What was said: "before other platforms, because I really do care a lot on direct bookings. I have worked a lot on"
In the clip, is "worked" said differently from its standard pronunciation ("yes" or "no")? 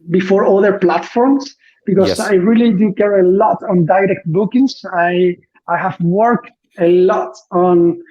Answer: no